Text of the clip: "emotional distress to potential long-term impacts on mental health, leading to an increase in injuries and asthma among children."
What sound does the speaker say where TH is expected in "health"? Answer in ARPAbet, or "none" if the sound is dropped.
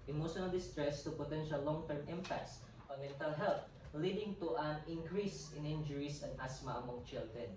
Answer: T